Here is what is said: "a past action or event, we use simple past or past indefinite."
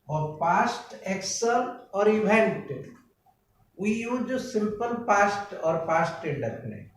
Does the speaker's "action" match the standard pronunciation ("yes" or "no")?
no